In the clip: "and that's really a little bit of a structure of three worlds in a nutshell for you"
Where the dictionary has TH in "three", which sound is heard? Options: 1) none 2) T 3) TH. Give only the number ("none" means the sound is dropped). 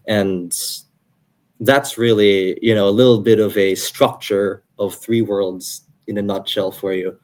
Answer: 3